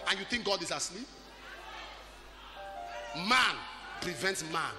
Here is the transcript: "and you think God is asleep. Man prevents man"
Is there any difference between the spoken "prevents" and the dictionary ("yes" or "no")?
no